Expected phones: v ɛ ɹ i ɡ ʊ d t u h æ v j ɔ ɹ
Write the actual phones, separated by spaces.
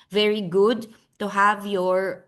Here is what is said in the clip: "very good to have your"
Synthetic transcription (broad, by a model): v ɛ ɹ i ɡ ʊ d t u h æ v j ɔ ɹ